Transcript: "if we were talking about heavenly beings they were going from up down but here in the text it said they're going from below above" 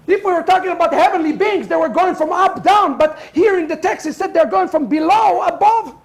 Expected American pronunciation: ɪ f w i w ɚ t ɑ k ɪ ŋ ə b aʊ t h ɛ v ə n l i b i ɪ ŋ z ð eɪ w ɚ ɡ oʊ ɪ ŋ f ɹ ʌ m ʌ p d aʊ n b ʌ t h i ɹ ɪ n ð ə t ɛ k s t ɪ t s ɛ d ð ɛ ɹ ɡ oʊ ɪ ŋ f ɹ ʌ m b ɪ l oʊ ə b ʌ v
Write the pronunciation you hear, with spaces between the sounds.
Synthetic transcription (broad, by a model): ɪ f w i w ɚ t ɑ k ɪ ŋ ə b aʊ t h ɛ v ə n l i b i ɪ ŋ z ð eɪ w ɚ ɡ oʊ ɪ ŋ f ɹ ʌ m ʌ p d aʊ n b ʌ t h i ɹ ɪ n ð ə t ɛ k s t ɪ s s ɛ d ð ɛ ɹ ɡ oʊ ɪ ŋ f ɹ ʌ m b ɪ l oʊ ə b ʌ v